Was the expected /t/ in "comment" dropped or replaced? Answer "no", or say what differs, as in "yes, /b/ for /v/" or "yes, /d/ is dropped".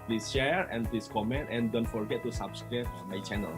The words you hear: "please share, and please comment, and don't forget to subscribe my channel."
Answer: no